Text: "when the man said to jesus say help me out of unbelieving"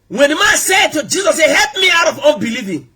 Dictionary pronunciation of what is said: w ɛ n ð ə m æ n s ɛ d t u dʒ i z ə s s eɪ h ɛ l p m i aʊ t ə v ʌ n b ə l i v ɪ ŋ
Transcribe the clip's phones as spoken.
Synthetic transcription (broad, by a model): w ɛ n m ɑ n s ɛ d t u dʒ i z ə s s eɪ h ɛ l p m i aʊ t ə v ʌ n b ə l i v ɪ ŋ